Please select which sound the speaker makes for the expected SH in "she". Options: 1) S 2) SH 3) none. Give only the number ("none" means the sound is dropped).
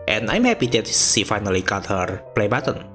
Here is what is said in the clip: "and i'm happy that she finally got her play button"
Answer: 1